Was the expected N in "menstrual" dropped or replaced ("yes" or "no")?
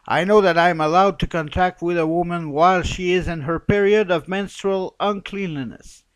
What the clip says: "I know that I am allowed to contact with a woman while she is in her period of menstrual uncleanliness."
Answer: no